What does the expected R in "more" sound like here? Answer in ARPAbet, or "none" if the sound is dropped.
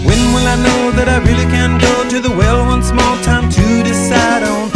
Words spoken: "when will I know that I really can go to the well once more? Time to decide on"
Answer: L